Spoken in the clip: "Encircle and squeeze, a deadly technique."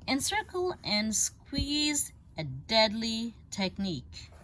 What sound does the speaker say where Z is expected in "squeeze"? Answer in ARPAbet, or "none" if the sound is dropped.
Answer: Z